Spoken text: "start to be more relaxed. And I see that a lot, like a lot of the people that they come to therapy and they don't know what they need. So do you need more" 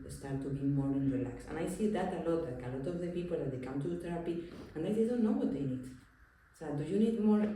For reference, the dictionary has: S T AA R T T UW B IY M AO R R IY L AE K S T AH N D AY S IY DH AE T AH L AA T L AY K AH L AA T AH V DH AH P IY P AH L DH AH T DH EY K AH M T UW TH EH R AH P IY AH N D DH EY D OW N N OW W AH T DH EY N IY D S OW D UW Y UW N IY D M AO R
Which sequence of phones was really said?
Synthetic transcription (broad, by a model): S T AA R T T UW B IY M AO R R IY L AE K S AH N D AY S IY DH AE T AH L AA T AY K AH L AA T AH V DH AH P IY P AH L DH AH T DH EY K AH M T UW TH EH R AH P IY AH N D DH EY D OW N N OW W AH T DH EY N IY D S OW D UW Y UW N IY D M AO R